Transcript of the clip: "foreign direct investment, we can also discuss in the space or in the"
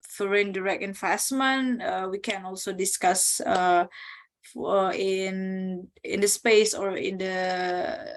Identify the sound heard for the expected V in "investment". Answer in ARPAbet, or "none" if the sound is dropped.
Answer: F